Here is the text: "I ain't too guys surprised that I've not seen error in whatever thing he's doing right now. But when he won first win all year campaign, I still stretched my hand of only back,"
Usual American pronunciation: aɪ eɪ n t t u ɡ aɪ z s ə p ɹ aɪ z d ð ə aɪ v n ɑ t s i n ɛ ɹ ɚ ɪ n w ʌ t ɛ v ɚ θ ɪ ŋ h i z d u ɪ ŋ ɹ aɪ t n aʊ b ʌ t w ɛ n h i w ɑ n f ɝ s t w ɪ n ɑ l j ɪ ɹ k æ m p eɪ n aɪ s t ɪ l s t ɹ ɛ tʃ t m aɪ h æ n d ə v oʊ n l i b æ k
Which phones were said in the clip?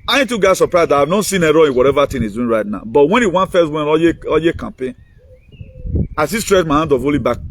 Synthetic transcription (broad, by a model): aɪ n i t u ɡ aɪ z s ə p ɹ aɪ z d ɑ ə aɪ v n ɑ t s i n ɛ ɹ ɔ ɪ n w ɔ t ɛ v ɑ t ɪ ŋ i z d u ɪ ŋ ɹ aɪ t n aʊ b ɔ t w ɛ n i w ɑ n f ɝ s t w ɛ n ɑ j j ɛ k æ m p eɪ n aɪ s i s t ɹ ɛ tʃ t m aɪ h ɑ n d ə v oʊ l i b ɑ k